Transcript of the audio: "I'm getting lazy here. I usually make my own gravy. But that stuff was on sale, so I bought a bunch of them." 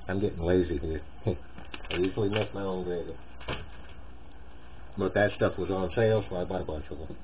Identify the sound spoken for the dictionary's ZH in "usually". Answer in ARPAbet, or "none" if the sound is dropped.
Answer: S